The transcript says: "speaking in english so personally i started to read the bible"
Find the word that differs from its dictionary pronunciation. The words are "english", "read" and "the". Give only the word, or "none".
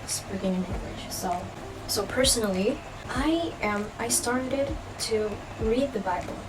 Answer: english